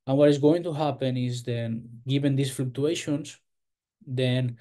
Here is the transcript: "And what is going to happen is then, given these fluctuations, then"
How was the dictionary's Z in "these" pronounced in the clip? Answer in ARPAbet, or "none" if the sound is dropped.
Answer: S